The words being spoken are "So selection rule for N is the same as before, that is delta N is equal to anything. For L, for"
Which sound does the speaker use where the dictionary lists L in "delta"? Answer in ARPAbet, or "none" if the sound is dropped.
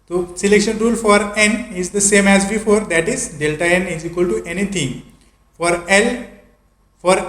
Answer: L